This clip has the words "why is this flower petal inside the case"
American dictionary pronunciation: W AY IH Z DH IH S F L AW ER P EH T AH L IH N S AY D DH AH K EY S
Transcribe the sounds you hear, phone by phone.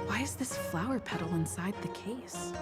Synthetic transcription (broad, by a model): W AY IH Z DH IH S F L AW ER P EH T L IH N S AY D DH AH K EY S